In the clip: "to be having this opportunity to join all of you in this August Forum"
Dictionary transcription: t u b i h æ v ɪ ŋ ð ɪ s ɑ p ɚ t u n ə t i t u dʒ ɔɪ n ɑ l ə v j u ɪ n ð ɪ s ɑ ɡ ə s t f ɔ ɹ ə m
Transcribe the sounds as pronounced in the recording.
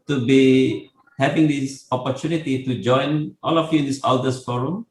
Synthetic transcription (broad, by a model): t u b i h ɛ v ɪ ŋ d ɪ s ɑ p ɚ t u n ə t i t u dʒ ɔɪ n ɑ l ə f j u ɪ n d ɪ s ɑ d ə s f ɔ ɹ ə m